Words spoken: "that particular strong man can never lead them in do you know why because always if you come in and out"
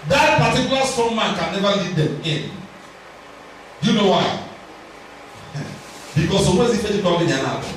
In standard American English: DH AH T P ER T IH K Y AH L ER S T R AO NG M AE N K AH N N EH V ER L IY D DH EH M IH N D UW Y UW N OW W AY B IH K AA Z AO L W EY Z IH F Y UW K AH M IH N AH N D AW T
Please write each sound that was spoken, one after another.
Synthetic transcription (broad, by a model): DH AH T P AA T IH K Y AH L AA S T AO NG M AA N K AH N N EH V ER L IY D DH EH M IH N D Y UW N OW W AY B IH K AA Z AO W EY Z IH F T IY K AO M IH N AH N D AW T